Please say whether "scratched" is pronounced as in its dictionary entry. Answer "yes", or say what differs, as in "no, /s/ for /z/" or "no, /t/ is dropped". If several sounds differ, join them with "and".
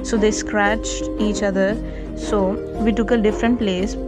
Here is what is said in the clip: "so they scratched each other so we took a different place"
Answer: yes